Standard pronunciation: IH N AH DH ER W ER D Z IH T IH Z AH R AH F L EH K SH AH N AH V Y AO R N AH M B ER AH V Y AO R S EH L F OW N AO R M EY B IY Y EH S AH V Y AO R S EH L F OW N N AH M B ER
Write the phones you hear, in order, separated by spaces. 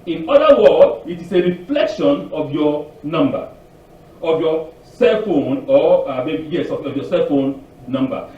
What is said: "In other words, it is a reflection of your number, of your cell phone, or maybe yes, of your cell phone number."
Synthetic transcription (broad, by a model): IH N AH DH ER W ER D IH T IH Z AH R AH F L EH K SH AH N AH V Y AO N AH M B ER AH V Y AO S EH L F OW N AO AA M EY B IY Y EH S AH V Y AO S EH L F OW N N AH M B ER